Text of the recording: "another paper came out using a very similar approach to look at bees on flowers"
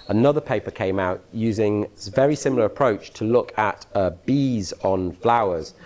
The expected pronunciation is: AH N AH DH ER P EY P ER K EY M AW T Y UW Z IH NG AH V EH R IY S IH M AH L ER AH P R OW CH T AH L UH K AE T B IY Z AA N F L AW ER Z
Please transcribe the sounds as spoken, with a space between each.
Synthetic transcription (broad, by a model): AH N AH DH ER P EY P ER K EY M AW T Y UW Z IH NG V EH R IY S IH M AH L ER AH P R OW CH T AH L UH K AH T B IY Z N F L AW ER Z